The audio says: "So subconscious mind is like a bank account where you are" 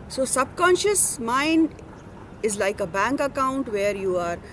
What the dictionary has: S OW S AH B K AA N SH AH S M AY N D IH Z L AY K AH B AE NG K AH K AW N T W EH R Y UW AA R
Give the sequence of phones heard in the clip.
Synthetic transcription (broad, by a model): S OW S AH B K AA N SH AH S M AY N D IH Z L AY K AH B AE NG K AH K AW N T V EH R Y UW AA R